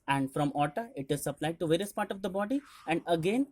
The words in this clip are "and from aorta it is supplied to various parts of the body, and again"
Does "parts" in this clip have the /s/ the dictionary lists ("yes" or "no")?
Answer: no